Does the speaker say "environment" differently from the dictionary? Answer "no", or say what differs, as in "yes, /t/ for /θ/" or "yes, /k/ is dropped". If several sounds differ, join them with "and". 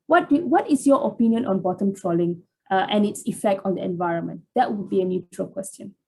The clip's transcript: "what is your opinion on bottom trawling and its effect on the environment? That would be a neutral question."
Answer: no